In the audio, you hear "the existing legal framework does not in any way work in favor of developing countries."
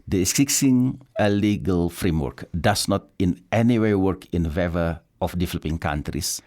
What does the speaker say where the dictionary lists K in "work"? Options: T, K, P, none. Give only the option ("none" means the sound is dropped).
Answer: K